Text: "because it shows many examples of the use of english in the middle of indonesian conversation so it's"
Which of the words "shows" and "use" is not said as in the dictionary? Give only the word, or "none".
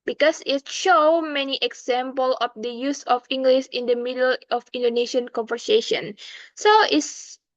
shows